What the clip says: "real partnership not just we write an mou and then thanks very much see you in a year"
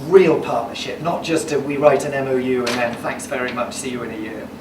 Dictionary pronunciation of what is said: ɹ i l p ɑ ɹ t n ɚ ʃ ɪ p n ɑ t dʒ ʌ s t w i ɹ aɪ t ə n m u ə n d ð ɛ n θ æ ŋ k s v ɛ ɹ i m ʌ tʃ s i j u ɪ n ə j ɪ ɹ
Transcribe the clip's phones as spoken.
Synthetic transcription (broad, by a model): ɹ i l p ɑ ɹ t n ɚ ʃ ɪ p n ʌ t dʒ ʌ s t w i ɹ aɪ t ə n m u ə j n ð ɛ n θ æ ŋ k s v ɛ ɹ i m ʌ tʃ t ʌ j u ɪ n ə j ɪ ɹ